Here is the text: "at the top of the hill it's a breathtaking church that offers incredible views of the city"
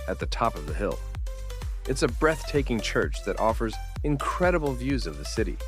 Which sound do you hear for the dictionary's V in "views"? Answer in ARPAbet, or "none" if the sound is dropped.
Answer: V